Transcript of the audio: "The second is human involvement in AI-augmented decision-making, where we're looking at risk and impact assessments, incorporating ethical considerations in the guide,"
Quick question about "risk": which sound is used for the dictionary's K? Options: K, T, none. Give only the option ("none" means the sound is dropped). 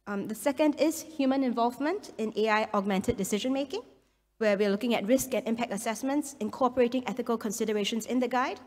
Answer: K